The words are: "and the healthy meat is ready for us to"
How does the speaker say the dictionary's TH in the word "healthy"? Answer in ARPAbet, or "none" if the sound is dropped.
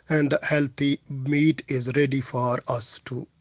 T